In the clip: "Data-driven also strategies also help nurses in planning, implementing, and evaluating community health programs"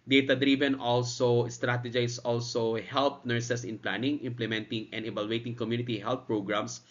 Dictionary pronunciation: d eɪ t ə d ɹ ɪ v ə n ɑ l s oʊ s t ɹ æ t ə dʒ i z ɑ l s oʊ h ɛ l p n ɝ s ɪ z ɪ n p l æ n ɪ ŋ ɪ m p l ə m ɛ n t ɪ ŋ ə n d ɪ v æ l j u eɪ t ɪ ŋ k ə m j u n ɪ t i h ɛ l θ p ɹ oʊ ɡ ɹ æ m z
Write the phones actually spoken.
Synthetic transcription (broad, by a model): d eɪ t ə d ɹ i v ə n ɑ l s oʊ s t ɹ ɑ t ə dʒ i s ɑ l s oʊ h ɛ l p n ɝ s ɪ s ɪ n p l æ n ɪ ŋ ɪ m p l ə m ɛ n t ɪ ŋ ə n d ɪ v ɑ l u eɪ t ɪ ŋ k ə m j u n ɪ t i h ɛ l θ p ɹ oʊ ɡ ɹ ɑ m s